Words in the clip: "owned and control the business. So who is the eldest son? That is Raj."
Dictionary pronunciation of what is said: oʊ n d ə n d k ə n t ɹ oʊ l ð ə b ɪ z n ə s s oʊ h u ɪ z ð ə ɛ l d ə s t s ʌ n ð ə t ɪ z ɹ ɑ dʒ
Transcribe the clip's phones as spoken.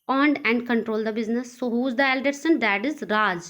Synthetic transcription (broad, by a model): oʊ n d ə n d k ə n t ɹ oʊ l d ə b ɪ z n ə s s oʊ h u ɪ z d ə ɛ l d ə t s ʌ n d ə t ɪ z ɹ ɑ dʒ